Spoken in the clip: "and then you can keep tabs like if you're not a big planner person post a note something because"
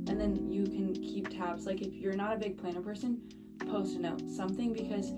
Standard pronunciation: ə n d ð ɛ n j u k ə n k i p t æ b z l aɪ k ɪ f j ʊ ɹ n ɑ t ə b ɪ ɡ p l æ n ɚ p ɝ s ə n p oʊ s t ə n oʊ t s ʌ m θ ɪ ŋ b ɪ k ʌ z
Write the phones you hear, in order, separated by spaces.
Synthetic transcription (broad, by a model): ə n ð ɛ n j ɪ k ə n k i p t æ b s l aɪ k ɪ f j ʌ ɹ n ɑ t ə b ɪ ɡ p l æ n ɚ p ɝ s ə n p oʊ s t ə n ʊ t s ʌ m θ ɪ ŋ b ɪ k ʌ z